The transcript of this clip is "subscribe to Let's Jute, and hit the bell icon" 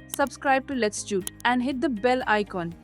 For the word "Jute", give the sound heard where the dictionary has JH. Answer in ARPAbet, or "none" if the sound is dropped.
CH